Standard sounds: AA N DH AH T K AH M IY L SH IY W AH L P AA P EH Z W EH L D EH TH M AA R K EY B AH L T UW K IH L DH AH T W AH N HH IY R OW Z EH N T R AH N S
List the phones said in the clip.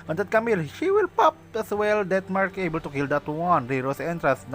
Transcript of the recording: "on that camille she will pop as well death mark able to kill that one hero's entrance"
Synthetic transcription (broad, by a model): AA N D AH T K AH M IY L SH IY W AH L P AA P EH S W EH L D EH T M AA R K EY B AH L T UW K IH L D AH T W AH N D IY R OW S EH N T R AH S